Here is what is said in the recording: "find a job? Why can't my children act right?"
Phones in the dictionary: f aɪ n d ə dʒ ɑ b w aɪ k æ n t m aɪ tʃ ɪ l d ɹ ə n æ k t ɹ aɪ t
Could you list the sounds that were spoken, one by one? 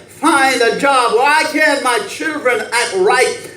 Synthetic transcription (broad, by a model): f aɪ n d ə dʒ ɑ b w aɪ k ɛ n m aɪ tʃ ɪ l d ɹ ə n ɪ t ɹ aɪ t